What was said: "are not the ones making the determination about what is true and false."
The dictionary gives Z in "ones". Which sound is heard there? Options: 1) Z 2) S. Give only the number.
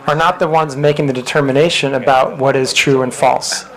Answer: 1